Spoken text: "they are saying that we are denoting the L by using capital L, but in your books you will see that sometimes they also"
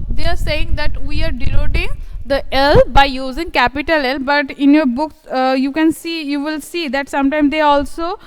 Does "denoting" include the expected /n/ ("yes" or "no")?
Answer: no